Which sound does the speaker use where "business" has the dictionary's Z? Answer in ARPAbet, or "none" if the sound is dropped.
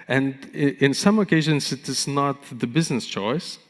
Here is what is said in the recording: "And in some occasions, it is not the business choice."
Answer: Z